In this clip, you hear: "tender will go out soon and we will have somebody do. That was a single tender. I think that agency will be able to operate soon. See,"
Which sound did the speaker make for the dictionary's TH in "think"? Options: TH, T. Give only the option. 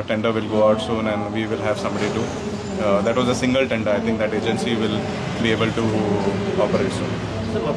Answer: T